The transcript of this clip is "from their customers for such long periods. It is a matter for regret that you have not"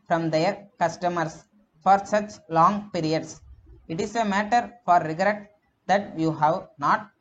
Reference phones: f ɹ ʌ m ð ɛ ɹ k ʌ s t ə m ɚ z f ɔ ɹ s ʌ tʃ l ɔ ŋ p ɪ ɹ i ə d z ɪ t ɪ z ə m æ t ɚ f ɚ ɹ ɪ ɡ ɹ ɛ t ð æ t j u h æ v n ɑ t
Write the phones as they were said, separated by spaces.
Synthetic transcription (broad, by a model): f ɹ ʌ m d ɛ ɹ k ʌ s t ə m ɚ s f ɔ ɹ s ʌ tʃ l ɔ ŋ p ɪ ɹ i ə d s ɪ t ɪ s ə m æ t ɚ f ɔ ɹ ɪ ɡ ɹ ɛ t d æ t j u h æ v n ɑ t